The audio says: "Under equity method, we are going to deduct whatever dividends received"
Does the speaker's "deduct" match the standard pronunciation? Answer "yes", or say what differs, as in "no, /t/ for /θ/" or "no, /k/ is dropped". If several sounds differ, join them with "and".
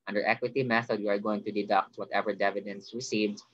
yes